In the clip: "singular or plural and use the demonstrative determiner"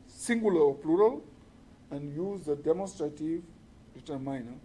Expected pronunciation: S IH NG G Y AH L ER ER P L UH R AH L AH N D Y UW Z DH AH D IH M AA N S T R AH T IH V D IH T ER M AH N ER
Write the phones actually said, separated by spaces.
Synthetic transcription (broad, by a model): S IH NG G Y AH L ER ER P L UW R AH L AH N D Y UW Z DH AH D IH M AA N S T R AH T IH V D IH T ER M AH N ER